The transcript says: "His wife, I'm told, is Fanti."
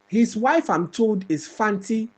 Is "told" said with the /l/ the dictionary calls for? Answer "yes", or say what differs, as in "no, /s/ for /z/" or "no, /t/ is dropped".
yes